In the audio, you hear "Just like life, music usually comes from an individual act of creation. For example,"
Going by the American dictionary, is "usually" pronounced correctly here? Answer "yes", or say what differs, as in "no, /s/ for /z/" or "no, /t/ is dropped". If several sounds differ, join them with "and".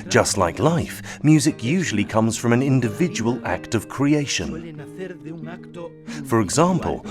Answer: yes